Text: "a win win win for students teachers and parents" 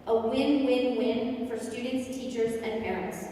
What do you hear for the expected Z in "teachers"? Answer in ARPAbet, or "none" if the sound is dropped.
Z